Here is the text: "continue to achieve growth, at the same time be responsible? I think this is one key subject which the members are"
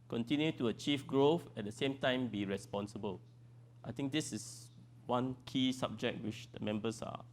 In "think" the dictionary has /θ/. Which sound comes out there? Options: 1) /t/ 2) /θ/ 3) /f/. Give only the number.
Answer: 1